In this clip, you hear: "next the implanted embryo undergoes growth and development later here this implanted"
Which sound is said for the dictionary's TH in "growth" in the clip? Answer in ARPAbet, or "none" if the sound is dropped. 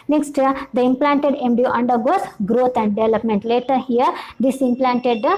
T